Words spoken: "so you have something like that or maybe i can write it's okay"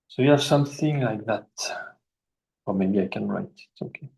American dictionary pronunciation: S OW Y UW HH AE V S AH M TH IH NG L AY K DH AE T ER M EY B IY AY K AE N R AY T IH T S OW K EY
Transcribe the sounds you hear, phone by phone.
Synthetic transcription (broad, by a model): S OW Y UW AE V S AH M TH IH NG L AY K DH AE T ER M EY B IY AY K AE N R AY T IH T S OW K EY